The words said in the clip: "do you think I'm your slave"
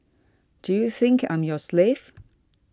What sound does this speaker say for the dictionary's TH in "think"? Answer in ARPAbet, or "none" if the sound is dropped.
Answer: TH